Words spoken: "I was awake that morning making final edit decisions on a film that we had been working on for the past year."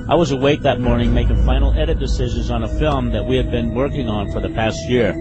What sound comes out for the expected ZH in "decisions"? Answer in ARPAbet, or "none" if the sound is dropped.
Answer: ZH